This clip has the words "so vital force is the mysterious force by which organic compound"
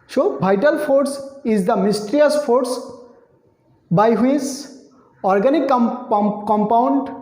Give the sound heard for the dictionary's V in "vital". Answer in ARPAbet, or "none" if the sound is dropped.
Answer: B